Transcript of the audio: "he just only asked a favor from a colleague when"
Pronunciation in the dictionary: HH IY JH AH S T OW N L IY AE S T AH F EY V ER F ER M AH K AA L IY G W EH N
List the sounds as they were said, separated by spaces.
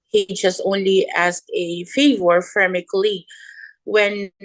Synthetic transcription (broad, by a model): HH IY JH AH S T OW N L IY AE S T AH F EY V ER F ER M AH K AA L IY W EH N